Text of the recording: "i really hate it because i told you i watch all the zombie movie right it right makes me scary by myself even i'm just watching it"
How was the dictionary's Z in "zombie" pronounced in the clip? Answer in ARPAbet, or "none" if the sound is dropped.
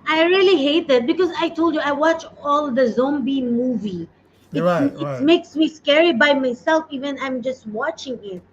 Z